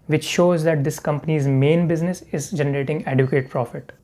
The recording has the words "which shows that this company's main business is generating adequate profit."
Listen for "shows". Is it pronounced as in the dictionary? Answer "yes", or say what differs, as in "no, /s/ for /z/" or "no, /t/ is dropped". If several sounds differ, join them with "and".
yes